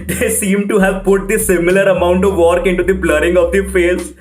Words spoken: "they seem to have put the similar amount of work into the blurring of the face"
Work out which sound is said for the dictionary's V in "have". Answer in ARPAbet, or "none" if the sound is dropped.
V